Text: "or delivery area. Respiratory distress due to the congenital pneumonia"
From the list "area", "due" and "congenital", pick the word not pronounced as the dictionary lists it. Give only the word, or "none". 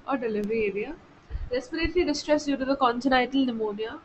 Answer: congenital